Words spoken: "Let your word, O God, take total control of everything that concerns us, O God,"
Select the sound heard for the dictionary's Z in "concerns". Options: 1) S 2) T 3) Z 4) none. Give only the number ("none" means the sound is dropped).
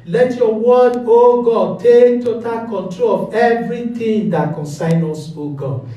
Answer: 4